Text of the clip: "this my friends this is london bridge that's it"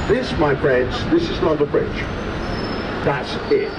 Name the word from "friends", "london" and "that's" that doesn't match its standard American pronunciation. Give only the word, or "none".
london